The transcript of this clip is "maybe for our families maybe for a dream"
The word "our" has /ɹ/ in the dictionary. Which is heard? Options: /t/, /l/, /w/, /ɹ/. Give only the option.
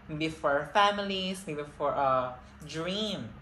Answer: /ɹ/